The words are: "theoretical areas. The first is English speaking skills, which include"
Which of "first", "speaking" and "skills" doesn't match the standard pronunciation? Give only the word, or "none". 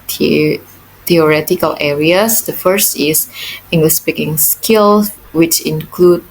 skills